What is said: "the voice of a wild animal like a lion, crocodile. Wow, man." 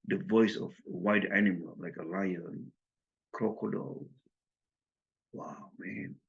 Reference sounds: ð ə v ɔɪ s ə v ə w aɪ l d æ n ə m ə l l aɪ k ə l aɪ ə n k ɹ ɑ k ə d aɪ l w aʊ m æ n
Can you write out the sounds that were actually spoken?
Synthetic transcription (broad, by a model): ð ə v ɔɪ s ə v ə w aɪ d æ n ə m ə l l aɪ k ə l aɪ ə n k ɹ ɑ k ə d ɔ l w aʊ m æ n